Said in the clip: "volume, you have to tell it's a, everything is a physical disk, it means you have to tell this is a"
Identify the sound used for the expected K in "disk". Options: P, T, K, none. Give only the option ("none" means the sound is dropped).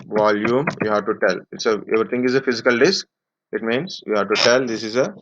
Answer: K